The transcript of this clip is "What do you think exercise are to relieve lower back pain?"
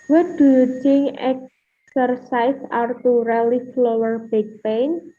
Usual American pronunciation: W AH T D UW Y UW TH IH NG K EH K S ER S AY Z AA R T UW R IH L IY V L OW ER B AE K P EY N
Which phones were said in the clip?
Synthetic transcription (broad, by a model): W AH D UW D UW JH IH NG EH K S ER S AY S AA R T UW R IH L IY F L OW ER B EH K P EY N